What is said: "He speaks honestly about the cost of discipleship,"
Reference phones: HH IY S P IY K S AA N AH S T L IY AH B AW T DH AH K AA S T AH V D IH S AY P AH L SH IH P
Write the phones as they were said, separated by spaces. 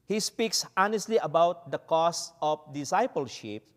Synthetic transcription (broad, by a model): HH IY S P IY K S AA N AH S T L IY AH B AW T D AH K AA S AH F D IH S AY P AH L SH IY P